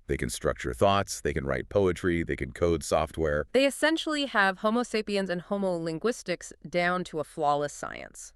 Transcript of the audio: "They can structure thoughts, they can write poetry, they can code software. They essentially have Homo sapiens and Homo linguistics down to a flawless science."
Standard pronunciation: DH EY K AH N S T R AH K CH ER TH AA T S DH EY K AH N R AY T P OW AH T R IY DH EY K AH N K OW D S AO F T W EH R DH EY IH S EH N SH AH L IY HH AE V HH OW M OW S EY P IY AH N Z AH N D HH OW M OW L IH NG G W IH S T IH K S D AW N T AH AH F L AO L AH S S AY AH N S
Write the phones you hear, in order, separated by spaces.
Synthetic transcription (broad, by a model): DH EY K AH N S T R AH K CH ER TH AA T S DH EY K AH N R AY T P OW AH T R IY DH EY K AH N K OW D S AO F T W EH R DH EY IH S EH N SH L IY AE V HH OW M OW S EY P IY AH N Z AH N HH OW M OW L IH NG G W IH S T IH K S D AW N T AH AH F L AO L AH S S AY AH N S